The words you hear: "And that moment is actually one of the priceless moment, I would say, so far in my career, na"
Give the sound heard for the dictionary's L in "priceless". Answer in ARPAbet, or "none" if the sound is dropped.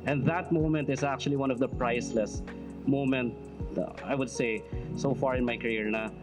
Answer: L